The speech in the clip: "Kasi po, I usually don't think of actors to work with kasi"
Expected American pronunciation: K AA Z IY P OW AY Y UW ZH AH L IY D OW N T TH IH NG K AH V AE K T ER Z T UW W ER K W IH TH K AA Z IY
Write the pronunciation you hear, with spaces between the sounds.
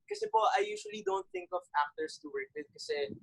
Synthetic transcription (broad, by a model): K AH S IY P OW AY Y UW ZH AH L IY D OW N T TH IH NG K AH V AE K T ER S T UW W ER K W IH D K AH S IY